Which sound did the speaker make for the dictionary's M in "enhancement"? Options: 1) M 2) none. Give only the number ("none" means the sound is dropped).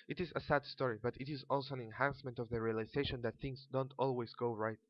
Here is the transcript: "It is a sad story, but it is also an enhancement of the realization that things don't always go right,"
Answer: 1